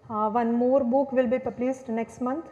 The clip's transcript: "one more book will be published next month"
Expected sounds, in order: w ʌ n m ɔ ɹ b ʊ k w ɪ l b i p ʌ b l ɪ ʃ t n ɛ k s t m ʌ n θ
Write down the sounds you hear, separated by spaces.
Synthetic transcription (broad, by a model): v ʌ n m ɔ ɹ b ʊ k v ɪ l b i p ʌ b l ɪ s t n ɛ k s t m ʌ n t